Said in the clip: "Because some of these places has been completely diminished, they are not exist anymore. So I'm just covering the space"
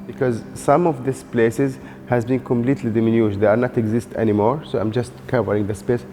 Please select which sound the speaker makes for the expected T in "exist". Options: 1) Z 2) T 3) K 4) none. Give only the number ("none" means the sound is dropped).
2